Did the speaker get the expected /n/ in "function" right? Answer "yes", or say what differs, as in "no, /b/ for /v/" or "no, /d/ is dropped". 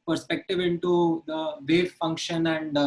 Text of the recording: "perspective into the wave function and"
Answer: yes